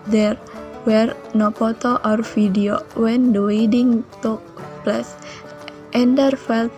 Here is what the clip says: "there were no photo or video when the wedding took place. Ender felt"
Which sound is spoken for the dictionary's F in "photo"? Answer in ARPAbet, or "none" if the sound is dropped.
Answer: P